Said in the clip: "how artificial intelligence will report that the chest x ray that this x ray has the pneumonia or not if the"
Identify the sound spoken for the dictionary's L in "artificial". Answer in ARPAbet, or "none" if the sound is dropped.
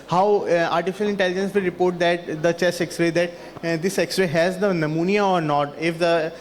L